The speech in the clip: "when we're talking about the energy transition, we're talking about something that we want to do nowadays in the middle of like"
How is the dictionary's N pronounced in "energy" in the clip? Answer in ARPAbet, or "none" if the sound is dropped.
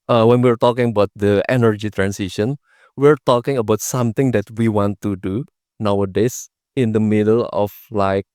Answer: N